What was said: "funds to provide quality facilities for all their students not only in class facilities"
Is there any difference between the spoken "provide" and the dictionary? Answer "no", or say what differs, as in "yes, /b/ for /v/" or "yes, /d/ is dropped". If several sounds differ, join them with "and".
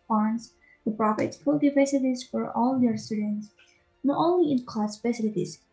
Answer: yes, /f/ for /v/